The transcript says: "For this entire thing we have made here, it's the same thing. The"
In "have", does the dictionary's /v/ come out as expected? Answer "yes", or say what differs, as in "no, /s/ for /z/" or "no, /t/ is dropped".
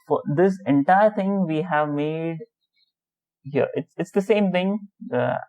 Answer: yes